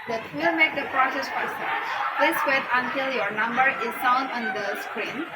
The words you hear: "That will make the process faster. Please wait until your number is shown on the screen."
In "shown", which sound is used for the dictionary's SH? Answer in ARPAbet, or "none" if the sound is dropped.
S